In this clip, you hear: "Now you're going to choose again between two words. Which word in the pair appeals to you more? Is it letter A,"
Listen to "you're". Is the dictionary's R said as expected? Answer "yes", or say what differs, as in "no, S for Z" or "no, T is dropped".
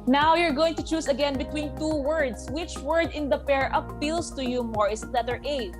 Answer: yes